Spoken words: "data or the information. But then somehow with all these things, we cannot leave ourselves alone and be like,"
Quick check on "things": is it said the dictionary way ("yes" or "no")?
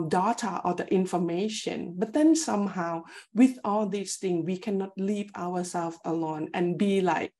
no